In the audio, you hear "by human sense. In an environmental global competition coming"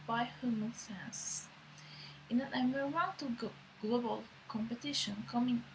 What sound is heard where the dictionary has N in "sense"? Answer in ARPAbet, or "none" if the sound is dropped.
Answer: none